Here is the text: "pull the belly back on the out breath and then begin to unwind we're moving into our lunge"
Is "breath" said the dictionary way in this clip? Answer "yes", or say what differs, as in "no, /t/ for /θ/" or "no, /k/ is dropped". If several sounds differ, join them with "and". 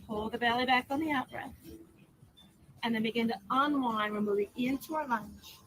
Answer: no, /s/ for /θ/